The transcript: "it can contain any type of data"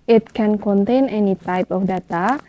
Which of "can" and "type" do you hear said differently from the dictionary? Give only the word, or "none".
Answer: none